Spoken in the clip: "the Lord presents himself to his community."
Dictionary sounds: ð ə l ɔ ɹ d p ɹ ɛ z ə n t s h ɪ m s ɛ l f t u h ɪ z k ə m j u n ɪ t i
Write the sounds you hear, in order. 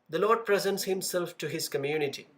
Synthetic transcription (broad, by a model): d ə l ɔ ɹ d p ɹ ɛ z ə n t s h ɪ m s ɛ l f t u h ɪ z k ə m j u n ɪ t i